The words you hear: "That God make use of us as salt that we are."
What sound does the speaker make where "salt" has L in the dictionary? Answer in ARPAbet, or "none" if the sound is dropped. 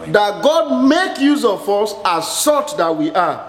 none